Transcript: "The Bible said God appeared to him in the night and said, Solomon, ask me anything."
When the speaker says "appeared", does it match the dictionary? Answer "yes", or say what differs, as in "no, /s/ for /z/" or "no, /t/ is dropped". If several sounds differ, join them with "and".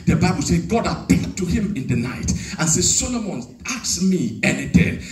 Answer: no, /l/ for /ɹ/